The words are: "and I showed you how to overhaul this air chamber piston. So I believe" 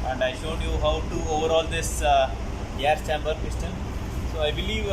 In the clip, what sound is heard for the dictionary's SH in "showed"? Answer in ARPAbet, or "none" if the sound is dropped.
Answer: SH